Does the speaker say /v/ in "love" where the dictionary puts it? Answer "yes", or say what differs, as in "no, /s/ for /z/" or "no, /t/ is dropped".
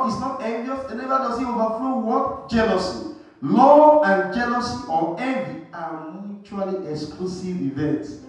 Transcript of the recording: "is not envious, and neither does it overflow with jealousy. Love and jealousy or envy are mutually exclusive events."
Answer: no, /v/ is dropped